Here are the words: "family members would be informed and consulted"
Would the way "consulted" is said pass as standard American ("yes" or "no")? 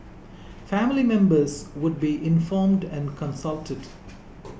yes